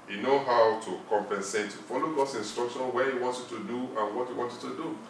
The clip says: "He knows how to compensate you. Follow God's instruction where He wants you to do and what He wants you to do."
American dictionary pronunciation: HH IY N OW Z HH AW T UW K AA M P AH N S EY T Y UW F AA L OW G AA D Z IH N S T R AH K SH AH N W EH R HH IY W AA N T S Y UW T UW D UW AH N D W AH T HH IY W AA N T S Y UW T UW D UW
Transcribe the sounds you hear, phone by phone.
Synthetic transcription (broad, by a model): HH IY N OW HH AW T UW K AA M P AH N S EY T Y UW F AA L OW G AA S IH N S T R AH K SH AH N W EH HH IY W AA N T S Y UW T UW D UW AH N W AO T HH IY W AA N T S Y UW T UW D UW